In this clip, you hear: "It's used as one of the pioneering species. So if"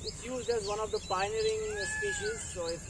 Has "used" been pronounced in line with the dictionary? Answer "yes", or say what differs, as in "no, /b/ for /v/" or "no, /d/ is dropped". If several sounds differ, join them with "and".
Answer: yes